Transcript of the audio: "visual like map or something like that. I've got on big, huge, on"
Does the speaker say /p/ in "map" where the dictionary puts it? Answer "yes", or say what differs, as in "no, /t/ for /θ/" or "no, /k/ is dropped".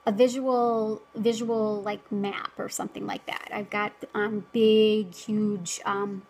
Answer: yes